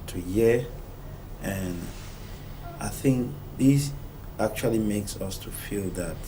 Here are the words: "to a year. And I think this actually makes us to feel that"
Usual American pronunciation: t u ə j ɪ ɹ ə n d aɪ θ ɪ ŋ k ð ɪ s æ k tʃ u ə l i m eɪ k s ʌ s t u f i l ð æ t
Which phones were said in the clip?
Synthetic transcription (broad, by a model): t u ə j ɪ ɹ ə n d aɪ θ ɪ ŋ k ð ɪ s æ k tʃ u ə l i m eɪ k s ʌ s t u f i l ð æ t